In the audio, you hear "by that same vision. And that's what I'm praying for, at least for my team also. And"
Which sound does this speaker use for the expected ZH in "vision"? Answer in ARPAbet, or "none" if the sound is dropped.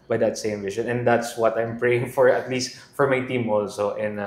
SH